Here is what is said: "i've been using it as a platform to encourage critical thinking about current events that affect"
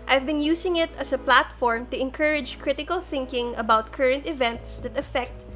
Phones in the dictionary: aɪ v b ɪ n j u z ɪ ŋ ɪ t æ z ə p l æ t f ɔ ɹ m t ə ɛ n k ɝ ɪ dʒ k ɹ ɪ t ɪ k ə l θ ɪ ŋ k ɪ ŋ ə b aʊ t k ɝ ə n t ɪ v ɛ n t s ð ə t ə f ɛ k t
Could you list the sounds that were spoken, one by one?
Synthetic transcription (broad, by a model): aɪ v b ɪ n j u s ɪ ŋ ɪ t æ s ə p l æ t f ɔ ɹ m t ə ɛ n k ɝ ɪ dʒ k ɹ ɪ t ɪ k ə l θ ɪ ŋ k ɪ ŋ ə b aʊ t k ɝ ə n t ɪ v ɛ n t s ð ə t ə f ɛ k t